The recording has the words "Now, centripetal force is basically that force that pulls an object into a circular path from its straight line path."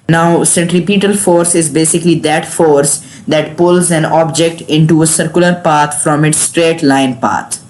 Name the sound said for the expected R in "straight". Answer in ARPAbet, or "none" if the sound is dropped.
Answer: R